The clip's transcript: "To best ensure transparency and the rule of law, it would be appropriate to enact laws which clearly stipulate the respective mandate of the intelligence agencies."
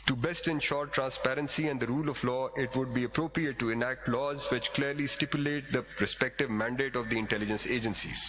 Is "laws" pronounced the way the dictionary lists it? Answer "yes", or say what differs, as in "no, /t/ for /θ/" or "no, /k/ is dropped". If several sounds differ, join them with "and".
yes